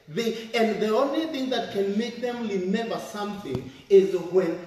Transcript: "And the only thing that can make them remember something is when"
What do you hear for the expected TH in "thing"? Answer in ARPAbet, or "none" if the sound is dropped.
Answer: TH